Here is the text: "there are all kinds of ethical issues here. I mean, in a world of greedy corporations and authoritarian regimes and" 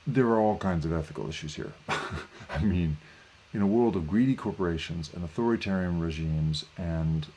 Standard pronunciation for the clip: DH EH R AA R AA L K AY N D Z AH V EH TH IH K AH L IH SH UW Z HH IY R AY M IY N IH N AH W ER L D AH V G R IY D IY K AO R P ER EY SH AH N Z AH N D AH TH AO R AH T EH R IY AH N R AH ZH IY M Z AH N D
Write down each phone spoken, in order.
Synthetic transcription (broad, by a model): DH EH R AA R AA L K AY N D Z AH V EH TH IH K L IH SH UW Z HH IY R AY M IY N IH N AH W ER L D AH V G R IY D IY K AO R P ER EY SH AH N Z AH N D AH TH AO R AH T EH R IY AH N R AH ZH IY M Z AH N